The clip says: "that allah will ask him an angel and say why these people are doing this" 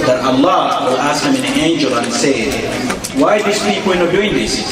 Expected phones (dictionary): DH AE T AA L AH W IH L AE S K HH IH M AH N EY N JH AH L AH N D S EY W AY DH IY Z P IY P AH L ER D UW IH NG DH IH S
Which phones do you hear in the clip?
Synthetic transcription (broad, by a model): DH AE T AA L AH W IH L AE S K HH IH M AH N EY N JH AH L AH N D S EY W AY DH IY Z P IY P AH N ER D UW IH NG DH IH S